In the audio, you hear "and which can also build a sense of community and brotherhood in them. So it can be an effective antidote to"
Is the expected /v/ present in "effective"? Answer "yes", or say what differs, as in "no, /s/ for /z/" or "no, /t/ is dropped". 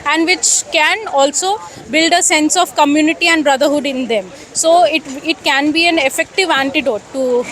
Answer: yes